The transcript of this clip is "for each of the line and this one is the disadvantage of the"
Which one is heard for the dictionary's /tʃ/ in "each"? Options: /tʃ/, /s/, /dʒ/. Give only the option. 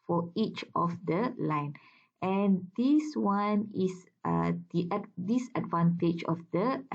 /tʃ/